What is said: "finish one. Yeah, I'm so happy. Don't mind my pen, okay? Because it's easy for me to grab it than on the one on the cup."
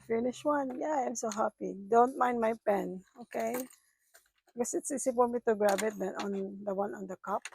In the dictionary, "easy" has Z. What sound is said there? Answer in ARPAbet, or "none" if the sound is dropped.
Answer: S